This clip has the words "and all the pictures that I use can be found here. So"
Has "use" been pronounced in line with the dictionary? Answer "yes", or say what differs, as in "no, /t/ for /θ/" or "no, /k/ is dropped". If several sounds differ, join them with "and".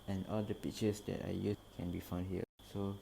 no, /s/ is dropped